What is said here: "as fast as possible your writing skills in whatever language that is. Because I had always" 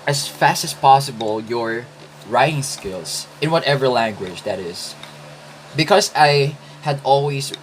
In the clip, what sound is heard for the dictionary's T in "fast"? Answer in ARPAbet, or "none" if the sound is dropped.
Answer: T